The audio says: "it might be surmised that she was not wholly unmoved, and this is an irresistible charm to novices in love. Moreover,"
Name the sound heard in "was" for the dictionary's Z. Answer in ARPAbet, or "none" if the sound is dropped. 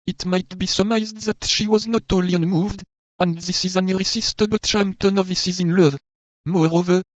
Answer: Z